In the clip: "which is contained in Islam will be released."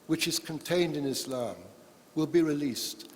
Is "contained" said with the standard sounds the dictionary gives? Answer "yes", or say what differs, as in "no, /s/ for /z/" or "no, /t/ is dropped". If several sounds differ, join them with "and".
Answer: yes